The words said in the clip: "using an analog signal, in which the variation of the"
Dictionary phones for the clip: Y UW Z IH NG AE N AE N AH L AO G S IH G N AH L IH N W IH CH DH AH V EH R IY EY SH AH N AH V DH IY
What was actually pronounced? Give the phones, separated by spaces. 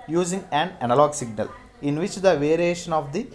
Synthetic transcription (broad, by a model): Y UW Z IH NG AE N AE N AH L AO G S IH G N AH L IH N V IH CH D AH V EH R IY EY SH AH N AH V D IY